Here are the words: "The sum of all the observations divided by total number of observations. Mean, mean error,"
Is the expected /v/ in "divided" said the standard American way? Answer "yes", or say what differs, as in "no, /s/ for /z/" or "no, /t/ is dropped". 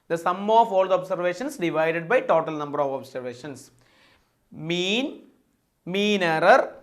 yes